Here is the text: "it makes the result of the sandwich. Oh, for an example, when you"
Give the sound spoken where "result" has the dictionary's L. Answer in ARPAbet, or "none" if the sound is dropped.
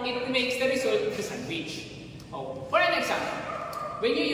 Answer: none